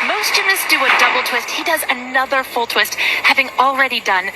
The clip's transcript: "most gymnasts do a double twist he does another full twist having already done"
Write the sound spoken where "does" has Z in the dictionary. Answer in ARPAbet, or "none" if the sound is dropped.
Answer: Z